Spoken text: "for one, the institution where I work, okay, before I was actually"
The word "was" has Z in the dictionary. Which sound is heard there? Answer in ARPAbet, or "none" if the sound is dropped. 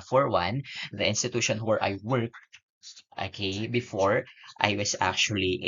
S